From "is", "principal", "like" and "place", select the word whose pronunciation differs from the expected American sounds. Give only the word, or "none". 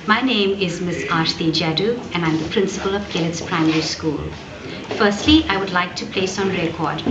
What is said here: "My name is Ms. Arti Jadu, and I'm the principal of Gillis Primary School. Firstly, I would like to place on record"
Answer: none